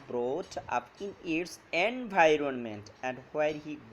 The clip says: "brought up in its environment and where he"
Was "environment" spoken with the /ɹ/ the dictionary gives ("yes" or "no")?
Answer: yes